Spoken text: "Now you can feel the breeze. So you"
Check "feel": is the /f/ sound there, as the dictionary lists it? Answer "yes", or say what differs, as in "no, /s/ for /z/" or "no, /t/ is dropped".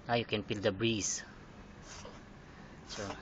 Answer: no, /p/ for /f/